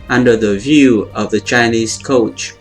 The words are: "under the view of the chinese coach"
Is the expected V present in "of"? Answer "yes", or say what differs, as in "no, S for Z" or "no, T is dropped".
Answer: yes